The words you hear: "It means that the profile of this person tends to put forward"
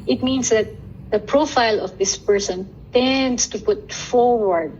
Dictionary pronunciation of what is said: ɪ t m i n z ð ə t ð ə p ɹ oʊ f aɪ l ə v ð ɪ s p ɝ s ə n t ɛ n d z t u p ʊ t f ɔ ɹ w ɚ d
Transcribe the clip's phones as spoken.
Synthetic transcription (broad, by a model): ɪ t m i n s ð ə t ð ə p ɹ oʊ f aɪ l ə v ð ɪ s p ɝ s ə n t ɛ n d s t u p ʊ t f ɔ ɹ w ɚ d